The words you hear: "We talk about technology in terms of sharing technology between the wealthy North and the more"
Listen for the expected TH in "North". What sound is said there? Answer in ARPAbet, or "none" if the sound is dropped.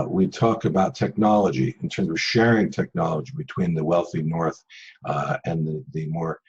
TH